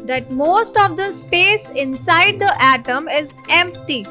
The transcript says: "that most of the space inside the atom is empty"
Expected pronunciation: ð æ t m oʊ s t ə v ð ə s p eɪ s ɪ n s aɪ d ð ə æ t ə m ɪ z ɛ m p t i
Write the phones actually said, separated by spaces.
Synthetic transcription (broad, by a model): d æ t m oʊ s t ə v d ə s p eɪ s ɪ n s aɪ d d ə æ t ə m ɪ z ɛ m p t i